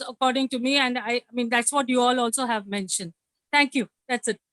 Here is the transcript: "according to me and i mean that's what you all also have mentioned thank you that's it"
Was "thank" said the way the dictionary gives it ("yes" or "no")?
no